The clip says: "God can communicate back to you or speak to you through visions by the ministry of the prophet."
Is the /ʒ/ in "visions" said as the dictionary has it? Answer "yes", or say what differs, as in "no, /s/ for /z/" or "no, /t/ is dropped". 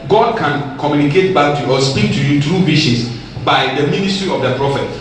no, /ʃ/ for /ʒ/